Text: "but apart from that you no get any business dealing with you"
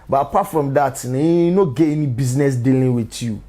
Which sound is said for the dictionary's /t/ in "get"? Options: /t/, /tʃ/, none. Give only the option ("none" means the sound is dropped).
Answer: none